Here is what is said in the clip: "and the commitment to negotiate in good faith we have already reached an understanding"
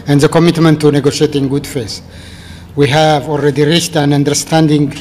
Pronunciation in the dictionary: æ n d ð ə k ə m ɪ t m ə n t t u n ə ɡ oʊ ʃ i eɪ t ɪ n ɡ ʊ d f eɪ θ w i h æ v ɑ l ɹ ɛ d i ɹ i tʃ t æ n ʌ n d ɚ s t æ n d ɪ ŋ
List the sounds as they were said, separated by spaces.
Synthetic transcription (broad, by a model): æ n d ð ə k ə m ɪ t m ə n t t u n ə ɡ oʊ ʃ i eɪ t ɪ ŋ ɡ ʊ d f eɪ s w i h æ v ɑ l ɹ ɛ d i ɹ i tʃ t æ n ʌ n d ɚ s t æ n d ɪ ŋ